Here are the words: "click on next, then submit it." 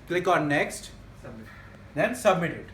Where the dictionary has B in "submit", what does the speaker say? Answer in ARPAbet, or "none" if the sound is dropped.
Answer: B